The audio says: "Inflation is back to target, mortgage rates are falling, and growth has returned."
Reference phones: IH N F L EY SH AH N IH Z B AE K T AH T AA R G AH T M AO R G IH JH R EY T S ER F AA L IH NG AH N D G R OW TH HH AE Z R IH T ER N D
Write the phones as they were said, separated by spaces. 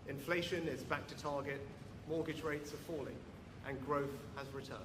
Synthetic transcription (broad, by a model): IH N F L EY SH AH N IH Z B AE K T AH T AA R G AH T M AO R G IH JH R EY T S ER F AA L IH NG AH N G R OW TH HH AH Z R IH T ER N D